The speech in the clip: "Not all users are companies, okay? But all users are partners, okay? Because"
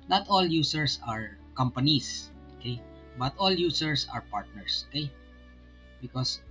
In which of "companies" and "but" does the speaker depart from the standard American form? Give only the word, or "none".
companies